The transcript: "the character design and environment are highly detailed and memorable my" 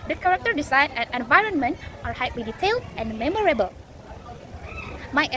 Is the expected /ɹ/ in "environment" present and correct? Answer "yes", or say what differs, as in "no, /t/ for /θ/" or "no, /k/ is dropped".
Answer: yes